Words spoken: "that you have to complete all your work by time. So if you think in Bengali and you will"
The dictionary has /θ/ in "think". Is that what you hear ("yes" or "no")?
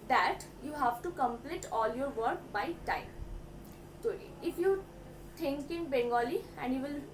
no